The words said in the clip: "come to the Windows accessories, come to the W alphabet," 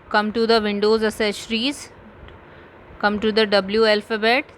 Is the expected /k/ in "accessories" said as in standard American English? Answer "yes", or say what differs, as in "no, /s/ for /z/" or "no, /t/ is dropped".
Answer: no, /k/ is dropped